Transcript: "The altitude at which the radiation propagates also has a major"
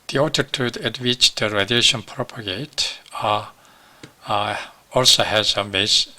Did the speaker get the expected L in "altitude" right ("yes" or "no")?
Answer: no